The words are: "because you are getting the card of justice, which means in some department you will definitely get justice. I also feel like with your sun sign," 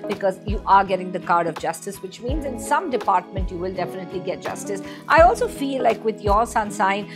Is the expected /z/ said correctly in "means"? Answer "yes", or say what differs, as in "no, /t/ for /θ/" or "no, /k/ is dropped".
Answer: yes